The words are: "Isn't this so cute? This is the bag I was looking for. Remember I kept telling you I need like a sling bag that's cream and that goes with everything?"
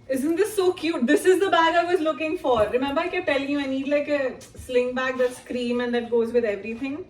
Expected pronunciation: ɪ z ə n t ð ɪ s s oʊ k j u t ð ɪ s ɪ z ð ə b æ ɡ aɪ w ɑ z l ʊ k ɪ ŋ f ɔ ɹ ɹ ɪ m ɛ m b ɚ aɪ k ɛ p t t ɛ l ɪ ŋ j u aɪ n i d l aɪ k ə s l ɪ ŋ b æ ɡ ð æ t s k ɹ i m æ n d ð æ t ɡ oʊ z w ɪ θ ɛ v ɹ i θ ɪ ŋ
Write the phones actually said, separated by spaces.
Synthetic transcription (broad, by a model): ɪ z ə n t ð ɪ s s oʊ k j u t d ɪ s ɪ z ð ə b æ ɡ aɪ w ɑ z l ʊ k ɪ ŋ f ɔ ɹ ɹ ɪ m ɛ m b ɚ aɪ k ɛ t t ɛ l ɪ ŋ j u aɪ n i d l aɪ k ə s l ɪ ŋ b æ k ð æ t s k ɹ i m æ n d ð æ t ɡ oʊ z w ɪ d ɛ v ɹ i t ɪ ŋ